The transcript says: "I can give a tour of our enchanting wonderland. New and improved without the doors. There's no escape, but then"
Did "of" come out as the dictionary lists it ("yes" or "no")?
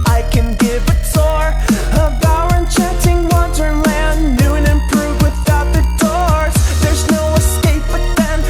no